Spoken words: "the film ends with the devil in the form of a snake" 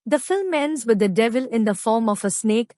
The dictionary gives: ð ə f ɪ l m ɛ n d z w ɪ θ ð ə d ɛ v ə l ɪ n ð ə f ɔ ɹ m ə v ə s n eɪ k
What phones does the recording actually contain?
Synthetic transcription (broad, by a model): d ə f ɪ l m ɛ n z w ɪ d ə d ɛ v ə l ɪ n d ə f ɔ ɹ m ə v ə s n eɪ k